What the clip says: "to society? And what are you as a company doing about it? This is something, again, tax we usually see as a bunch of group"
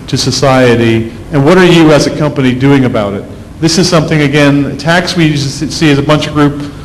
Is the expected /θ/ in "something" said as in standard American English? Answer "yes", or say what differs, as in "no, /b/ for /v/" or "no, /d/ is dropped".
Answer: yes